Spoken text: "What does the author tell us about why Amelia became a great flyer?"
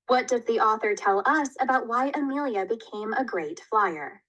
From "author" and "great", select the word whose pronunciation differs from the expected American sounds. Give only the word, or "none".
none